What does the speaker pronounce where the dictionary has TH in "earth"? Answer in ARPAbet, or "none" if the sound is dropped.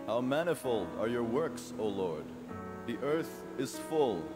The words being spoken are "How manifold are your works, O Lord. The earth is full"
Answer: TH